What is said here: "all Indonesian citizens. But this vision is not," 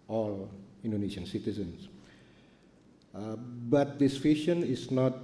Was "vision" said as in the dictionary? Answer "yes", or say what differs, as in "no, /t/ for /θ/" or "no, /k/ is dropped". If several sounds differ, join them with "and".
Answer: no, /f/ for /v/ and /ʃ/ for /ʒ/